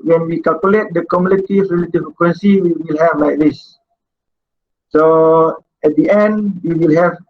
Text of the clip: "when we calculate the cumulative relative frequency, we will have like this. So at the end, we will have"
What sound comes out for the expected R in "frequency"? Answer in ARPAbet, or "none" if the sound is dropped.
none